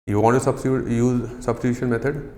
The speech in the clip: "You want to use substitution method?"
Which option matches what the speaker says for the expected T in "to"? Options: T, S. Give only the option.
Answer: S